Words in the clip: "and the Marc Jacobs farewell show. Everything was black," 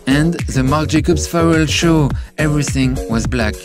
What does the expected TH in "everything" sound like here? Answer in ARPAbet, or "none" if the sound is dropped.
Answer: TH